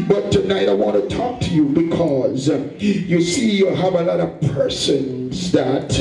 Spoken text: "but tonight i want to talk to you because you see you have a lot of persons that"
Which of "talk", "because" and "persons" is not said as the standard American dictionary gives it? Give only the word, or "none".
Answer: none